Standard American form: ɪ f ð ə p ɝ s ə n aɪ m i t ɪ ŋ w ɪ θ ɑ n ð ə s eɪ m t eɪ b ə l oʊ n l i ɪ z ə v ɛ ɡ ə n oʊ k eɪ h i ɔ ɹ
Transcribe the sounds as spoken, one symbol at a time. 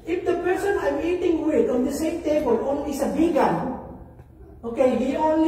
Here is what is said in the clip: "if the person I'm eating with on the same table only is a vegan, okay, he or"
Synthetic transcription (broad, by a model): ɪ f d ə p ɝ s ə n aɪ m i t ɪ ŋ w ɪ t ɑ n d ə s eɪ m t eɪ b ə l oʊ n i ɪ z ə b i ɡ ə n oʊ k eɪ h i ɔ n